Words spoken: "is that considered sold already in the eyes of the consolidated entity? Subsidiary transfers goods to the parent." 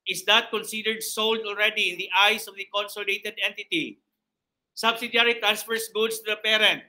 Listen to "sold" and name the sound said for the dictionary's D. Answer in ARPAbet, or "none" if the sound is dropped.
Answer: D